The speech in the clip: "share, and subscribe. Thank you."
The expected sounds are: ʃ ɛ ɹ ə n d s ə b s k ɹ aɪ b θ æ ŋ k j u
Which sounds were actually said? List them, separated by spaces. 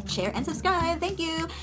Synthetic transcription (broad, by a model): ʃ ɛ ɹ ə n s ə s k aɪ θ æ ŋ k j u